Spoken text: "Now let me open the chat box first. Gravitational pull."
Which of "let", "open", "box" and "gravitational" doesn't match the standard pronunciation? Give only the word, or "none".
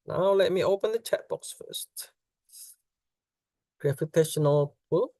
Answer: gravitational